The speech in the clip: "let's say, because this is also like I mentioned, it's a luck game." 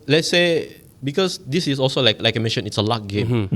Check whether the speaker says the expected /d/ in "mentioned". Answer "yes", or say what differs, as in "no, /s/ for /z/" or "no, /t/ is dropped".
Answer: no, /d/ is dropped